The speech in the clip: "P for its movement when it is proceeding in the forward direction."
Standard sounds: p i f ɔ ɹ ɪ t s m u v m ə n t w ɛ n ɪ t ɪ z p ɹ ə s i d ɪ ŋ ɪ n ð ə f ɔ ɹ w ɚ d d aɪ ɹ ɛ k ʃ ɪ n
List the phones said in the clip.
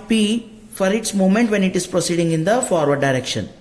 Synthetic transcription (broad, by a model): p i f ɔ ɹ ɪ t s m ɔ m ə n t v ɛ n ɪ t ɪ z p ɹ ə s i d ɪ ŋ ɪ n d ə f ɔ ɹ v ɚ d d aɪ ɹ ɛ k ʃ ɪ n